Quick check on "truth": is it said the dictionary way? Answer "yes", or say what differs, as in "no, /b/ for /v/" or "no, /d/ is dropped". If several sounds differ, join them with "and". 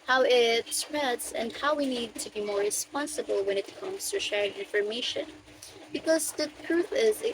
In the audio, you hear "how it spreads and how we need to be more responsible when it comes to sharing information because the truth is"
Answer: yes